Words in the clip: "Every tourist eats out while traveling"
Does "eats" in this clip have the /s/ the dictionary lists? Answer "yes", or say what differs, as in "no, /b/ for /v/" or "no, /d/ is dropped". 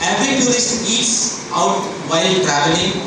yes